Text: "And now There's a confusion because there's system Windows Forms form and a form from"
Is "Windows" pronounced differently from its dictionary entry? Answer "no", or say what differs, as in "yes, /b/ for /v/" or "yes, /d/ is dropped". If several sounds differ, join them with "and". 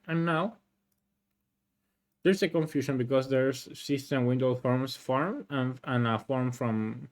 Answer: yes, /z/ is dropped